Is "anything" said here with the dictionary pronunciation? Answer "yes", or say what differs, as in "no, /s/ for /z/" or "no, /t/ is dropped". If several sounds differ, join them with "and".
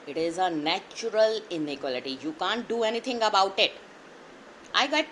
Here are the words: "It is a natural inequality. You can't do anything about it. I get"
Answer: no, /t/ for /θ/